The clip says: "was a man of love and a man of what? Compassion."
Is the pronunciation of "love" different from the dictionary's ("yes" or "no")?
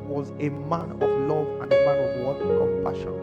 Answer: no